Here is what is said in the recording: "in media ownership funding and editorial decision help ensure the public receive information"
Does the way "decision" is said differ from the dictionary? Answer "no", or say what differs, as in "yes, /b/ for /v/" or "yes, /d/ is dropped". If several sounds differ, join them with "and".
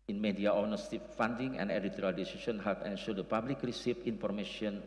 yes, /s/ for /ʒ/